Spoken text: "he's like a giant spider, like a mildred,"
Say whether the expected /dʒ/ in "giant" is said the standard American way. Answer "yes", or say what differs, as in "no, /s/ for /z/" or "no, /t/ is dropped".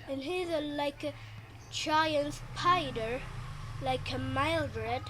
no, /tʃ/ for /dʒ/